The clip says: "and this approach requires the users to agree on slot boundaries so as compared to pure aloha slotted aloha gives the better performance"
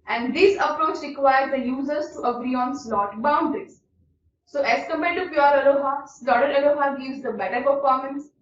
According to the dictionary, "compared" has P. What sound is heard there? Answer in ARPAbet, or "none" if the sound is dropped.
none